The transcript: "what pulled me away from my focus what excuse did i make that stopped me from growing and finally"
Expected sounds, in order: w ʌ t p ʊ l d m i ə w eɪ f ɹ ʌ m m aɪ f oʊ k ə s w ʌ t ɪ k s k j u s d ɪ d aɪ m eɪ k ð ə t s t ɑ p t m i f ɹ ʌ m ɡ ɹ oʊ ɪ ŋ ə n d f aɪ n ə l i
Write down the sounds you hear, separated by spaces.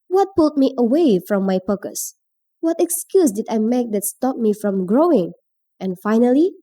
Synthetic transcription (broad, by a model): w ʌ t p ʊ l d m i ə w eɪ f ɹ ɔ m m aɪ p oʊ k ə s w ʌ t ɪ k s k j u s d ɪ d aɪ m eɪ k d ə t s t ɑ p m i f ɹ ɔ m ɡ ɹ oʊ ɪ ŋ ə n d f aɪ n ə l i